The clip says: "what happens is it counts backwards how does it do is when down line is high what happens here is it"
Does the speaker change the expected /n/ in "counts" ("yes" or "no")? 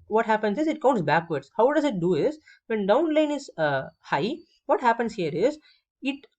no